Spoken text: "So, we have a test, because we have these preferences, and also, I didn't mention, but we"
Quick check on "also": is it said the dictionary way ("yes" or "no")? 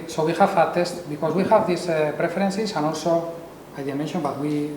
yes